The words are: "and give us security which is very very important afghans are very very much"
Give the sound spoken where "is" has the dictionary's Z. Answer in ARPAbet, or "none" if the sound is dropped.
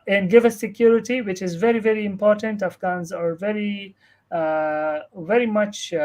Z